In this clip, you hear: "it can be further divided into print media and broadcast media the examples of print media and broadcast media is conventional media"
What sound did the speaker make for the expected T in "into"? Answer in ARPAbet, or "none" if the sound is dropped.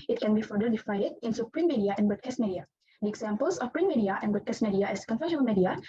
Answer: S